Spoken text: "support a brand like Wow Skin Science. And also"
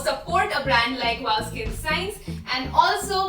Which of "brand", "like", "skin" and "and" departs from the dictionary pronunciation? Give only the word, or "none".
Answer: skin